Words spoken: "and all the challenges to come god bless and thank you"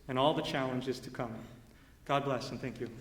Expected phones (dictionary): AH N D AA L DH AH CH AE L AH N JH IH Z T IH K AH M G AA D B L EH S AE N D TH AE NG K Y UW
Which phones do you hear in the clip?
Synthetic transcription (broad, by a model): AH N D AA L DH AH CH AE L AH N JH IH Z T IH K AH M G AA D B L EH S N TH AE NG K Y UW